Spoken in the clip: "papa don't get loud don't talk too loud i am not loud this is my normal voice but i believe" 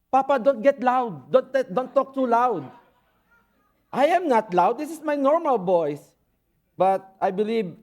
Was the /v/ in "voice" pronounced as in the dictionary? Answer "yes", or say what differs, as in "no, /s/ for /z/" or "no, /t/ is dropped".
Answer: no, /b/ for /v/